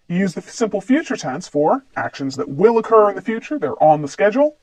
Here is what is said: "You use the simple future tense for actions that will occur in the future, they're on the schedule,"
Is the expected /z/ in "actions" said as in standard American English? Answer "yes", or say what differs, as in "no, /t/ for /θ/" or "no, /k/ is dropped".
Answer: yes